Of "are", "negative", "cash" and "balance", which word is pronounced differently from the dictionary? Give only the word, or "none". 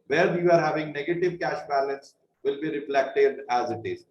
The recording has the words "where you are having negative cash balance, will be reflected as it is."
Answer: none